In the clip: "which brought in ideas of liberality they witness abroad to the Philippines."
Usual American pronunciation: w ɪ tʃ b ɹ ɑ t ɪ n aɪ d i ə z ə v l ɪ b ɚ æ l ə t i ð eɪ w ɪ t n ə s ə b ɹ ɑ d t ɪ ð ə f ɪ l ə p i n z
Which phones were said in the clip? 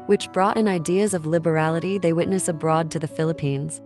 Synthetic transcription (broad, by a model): w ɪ tʃ b ɹ ɑ t ɪ n aɪ d i ə z ə v l ɪ b ɚ æ l ə t i ð eɪ w ɪ t n ə s ə b ɹ ɑ d t ɪ ð ə f ɪ l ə p i n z